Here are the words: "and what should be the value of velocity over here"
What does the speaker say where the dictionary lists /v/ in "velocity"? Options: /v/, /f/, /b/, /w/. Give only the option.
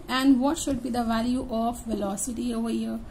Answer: /v/